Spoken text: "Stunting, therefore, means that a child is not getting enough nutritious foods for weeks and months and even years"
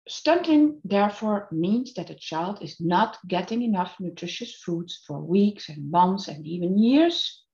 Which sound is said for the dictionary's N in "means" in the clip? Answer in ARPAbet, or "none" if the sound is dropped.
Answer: N